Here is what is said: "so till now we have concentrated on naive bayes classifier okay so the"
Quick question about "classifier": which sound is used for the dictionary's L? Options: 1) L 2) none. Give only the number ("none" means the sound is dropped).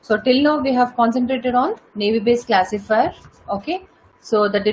1